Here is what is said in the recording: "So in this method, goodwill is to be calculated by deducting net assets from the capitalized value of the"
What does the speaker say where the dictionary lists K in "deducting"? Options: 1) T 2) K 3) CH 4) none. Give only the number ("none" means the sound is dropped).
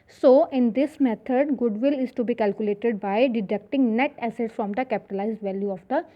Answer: 2